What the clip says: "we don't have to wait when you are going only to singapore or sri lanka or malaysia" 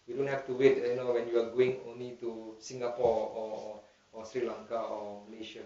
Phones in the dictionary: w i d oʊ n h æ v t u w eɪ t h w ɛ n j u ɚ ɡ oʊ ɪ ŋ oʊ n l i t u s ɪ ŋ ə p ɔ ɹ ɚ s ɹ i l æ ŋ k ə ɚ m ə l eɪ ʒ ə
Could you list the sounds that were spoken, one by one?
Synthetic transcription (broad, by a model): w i d oʊ n h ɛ f t u w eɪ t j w ɛ n j u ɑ ɡ oʊ ɪ ŋ oʊ n l i t u s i ŋ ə p ɔ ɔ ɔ s ɹ i l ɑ ŋ k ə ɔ m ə l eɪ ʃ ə